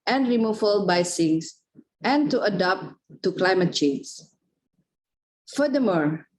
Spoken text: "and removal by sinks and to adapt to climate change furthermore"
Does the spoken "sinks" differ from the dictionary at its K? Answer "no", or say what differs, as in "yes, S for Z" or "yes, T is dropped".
yes, K is dropped